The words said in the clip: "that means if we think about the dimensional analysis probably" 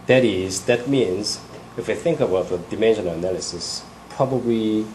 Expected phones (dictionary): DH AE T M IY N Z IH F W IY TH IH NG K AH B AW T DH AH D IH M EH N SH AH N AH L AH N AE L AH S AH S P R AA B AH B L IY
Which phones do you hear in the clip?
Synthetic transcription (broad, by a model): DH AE T M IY N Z IH F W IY TH IH NG K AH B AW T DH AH D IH M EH N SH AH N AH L AH N AE L AH S AH S P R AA B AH B L IY